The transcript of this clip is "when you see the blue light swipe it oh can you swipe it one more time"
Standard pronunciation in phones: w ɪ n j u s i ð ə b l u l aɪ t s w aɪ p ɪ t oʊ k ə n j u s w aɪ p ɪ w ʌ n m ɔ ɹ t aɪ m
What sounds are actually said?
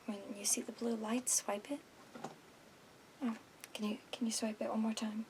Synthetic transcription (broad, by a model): w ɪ n j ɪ s i ð ə b l u l aɪ t s w aɪ p ɪ t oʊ k ə n j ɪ s w aɪ p ɪ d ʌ l m ɔ ɹ t aɪ m